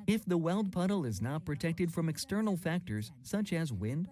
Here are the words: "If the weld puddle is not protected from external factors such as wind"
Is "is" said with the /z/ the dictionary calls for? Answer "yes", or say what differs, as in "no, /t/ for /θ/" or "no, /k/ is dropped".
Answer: yes